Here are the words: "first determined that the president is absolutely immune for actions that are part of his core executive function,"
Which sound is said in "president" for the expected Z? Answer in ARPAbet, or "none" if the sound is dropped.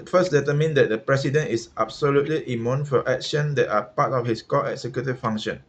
S